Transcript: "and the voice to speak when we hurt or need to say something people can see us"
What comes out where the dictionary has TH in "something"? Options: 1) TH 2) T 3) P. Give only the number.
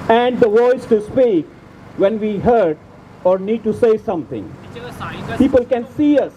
2